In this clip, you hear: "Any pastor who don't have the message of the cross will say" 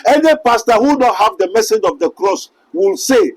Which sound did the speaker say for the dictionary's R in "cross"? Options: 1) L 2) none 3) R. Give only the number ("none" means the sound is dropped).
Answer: 3